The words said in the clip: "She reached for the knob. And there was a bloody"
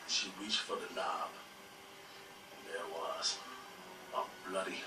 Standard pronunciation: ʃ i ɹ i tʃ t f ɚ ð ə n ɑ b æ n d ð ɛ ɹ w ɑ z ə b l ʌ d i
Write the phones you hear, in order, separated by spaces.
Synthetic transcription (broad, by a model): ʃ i w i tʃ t f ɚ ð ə l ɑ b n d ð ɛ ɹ w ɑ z ə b l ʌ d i